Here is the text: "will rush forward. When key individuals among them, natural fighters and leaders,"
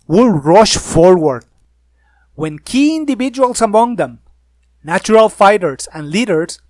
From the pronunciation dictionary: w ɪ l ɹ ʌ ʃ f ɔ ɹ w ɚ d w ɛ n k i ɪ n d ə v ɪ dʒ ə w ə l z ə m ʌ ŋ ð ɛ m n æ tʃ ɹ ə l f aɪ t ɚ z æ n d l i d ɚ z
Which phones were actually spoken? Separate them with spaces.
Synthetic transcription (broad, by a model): w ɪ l ɹ ʌ ʃ f ɔ ɹ w ɚ d w ɛ n k i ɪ n d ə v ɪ dʒ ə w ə l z ə m ʌ ŋ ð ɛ m n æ tʃ ɹ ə l f aɪ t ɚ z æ n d l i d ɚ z